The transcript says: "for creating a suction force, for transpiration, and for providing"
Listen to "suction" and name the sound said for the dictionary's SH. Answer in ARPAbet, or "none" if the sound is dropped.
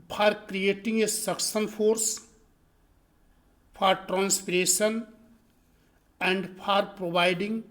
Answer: S